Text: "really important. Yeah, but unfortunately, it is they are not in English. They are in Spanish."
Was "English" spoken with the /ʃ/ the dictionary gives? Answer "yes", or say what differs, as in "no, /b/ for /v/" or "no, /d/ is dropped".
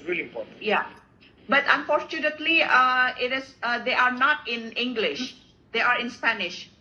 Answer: yes